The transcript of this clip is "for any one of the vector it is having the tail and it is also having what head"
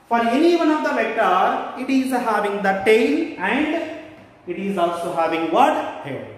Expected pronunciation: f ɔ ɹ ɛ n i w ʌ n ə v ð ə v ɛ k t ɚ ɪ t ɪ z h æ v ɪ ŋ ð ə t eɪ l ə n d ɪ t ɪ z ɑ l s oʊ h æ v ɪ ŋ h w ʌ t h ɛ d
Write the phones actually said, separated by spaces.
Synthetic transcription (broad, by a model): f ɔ ɹ ɛ n i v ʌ n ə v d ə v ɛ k t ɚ ɪ t ɪ z h æ v ɪ ŋ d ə t eɪ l ə n d ɪ t ɪ z ɑ l s oʊ h æ v ɪ ŋ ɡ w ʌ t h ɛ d